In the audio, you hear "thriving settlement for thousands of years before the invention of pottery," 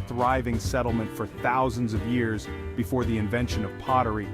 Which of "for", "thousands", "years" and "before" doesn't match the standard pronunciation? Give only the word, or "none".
none